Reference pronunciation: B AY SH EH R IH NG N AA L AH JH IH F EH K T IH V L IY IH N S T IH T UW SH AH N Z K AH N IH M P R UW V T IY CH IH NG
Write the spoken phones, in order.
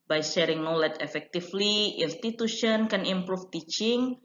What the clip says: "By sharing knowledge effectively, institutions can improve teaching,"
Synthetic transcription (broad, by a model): B AY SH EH R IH NG N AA L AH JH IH F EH K T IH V L IY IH N S T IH T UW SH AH N K AH N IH M P R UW F T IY CH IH NG